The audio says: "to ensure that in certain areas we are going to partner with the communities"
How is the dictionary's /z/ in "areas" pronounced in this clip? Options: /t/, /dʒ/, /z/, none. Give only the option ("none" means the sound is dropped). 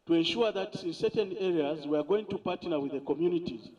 /z/